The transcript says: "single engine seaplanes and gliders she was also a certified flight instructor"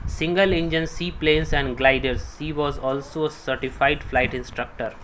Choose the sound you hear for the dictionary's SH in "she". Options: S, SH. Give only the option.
S